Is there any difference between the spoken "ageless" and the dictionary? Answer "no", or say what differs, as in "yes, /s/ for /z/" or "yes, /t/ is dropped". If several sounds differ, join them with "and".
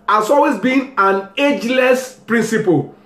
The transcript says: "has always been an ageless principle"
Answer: no